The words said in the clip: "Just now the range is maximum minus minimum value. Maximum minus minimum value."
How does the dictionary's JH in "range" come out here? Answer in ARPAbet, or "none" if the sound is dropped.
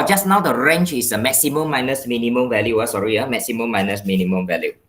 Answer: CH